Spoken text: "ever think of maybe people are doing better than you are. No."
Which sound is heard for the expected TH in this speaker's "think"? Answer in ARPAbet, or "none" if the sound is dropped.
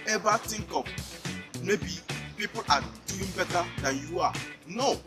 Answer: T